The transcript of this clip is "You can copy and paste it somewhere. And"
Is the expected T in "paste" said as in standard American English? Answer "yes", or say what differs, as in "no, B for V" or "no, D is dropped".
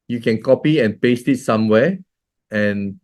yes